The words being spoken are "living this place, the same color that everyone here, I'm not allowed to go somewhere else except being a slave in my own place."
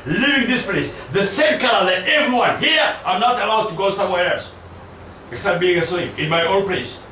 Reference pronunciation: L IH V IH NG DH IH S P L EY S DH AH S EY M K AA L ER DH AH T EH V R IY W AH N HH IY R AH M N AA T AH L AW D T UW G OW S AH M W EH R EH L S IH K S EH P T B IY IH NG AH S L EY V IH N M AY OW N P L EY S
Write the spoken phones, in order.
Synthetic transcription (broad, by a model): L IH V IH NG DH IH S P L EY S DH AH S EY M K AA L ER DH AH T EH V R IY W AH N HH IY R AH N AA T AH L AW D T UW G OW S AH M W EH R EH L S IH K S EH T B IY IH NG AH S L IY P IH N M AY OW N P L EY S